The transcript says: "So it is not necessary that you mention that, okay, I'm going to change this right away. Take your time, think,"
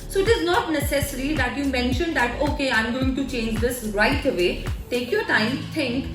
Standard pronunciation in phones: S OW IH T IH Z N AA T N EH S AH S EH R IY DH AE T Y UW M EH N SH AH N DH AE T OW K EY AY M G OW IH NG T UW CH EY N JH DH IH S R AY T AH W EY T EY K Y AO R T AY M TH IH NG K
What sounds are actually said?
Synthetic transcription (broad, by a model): S OW IH T IH Z N AA T N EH S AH S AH R IY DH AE T Y UW M EH N SH AH N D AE T OW K EY AY M G OW IH NG T UW CH EY N JH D IH S R AY T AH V EY T EY K Y AO R T AY M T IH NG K